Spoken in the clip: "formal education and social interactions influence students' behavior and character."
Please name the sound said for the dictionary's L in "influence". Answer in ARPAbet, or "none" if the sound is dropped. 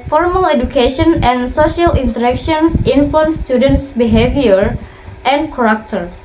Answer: none